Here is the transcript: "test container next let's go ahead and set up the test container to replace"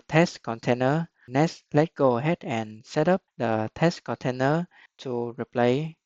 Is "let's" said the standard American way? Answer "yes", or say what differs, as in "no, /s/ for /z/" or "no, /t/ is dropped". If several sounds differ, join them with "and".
no, /s/ is dropped